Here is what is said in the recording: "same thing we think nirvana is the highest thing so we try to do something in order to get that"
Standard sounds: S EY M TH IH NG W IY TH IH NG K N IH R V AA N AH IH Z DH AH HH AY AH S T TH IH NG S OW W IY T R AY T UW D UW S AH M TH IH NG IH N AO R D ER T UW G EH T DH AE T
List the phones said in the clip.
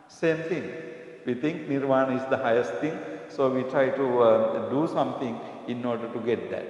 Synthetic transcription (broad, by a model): S EY M T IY NG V IY T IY NG K N IH R V AA N AH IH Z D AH HH AY AH S T T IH NG S OW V IY T R AY T UW D UW S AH M T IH NG IH N AO R D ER T UW G EH T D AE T